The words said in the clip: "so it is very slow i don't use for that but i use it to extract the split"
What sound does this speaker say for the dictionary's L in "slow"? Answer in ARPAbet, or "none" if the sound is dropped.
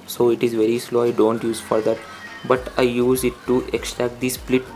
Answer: L